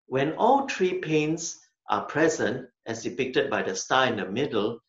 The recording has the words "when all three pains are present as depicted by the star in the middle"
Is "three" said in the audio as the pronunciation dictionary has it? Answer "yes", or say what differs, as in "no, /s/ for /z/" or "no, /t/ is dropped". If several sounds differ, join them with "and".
no, /t/ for /θ/